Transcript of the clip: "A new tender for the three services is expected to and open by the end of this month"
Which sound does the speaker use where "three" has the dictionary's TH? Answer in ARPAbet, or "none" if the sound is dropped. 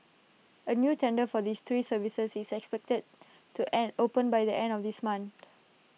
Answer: S